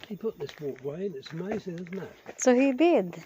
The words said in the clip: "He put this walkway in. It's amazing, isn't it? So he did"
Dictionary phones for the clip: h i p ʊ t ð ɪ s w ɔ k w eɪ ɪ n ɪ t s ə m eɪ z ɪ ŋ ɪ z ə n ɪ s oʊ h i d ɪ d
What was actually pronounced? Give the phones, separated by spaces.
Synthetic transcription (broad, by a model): h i p ʊ t ð ɪ s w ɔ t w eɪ ɪ n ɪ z ə m eɪ z ɪ ŋ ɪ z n ɪ s oʊ h i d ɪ d